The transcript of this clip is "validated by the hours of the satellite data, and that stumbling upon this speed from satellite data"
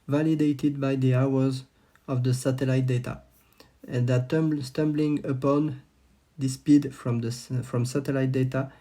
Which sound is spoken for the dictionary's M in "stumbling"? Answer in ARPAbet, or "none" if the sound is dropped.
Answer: M